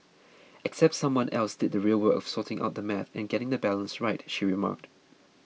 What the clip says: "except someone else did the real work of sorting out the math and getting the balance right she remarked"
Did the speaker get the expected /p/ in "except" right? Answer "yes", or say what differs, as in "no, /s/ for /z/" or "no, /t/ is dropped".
yes